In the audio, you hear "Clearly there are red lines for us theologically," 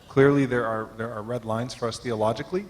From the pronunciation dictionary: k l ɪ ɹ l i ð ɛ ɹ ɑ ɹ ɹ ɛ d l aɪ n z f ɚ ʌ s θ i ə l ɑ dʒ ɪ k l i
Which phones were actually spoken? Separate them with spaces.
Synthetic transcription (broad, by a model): k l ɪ ɹ l i ð ɛ ɹ ɑ ɹ ɹ ɛ d l aɪ n z f ɚ ʌ s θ i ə l ɑ dʒ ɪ k l i